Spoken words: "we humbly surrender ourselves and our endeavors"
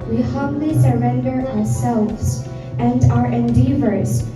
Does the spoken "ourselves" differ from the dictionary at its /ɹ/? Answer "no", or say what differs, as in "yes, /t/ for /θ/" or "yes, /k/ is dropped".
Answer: no